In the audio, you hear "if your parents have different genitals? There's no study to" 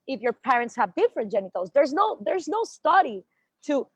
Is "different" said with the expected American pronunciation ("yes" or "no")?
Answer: yes